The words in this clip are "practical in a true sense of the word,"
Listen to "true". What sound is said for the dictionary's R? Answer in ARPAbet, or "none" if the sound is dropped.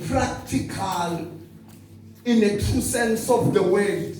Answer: none